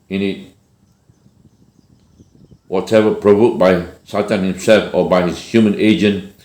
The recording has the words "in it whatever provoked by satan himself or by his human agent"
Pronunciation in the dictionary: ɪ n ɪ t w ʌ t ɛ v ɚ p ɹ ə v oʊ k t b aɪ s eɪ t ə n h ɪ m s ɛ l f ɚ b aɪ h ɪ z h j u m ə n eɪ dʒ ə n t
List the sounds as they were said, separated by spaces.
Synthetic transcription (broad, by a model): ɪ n ɪ t w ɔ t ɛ v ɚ p ɹ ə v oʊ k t b aɪ s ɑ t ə n h ɪ m s ɛ l f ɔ b aɪ h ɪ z h j u m ə n eɪ dʒ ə n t